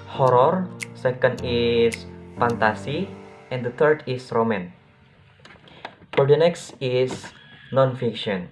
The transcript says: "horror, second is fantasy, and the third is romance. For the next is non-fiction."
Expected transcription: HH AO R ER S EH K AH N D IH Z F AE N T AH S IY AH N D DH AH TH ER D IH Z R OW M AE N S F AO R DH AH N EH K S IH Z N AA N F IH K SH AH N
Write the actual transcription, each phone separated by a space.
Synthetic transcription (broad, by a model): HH AO R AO S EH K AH N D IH S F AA N T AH S IY AH N D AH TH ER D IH S R OW M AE N F AO R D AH N EH K S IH S N AA N F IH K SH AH N